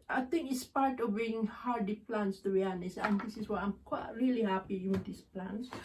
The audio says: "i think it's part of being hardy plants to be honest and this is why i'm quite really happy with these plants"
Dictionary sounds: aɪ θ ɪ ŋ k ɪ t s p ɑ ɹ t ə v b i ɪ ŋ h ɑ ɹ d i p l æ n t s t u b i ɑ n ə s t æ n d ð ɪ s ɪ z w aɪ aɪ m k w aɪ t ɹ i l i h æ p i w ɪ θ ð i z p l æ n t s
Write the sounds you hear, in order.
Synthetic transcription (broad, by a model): aɪ t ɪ ŋ k ɪ t s p ɑ ɹ t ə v b i ɪ ŋ h ɑ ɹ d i p l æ n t s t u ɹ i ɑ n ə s æ n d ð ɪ s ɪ s w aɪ aɪ m k w aɪ t ɹ i l i h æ p i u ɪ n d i s p l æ n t s